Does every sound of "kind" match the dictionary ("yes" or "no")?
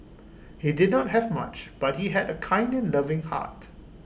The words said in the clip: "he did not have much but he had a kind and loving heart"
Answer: yes